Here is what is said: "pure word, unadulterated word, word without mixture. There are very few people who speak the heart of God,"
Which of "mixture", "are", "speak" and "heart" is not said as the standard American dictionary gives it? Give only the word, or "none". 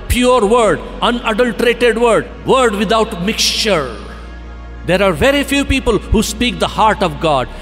none